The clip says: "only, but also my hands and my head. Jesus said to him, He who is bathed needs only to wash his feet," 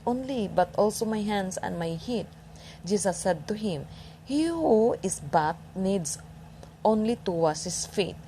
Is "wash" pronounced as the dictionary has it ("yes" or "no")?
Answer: no